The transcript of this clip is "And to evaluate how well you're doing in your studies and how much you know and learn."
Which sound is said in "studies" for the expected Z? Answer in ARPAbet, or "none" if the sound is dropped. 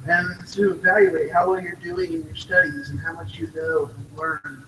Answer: Z